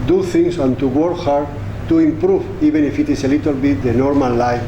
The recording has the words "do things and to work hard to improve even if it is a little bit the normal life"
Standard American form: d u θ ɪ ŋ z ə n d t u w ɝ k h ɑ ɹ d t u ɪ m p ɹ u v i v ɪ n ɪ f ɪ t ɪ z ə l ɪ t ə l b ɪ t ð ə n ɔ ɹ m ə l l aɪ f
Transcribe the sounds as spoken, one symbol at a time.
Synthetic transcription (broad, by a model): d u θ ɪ ŋ s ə n t u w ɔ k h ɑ ɹ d t u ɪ m p ɹ u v i b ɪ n ɪ f ɪ t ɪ s ə l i t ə l b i t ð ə n ɔ ɹ m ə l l aɪ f